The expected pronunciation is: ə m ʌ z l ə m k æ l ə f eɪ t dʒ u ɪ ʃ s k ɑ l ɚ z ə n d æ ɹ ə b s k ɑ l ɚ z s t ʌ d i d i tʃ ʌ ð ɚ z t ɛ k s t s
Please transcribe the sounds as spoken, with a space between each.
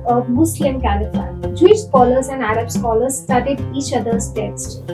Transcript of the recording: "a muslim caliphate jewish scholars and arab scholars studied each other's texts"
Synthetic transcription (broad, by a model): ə m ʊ s l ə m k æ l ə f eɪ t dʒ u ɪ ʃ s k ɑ l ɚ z ə n d æ ɹ ə b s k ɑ l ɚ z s t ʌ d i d i tʃ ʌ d ɚ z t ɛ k s t